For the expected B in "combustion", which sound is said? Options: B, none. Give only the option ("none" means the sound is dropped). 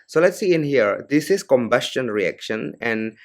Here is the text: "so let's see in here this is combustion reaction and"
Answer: B